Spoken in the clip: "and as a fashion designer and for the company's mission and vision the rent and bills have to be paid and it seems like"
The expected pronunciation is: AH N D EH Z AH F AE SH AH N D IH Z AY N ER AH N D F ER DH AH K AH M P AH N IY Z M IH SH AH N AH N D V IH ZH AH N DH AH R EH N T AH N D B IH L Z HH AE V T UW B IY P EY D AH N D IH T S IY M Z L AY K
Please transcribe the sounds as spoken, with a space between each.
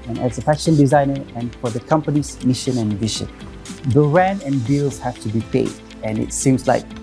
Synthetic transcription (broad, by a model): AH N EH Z AH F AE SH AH N D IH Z AY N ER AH N F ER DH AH K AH M P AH N IY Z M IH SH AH N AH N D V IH SH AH N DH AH R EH N AH N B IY L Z HH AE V T UW B IY P EY D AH N IH T S IY M S L AY K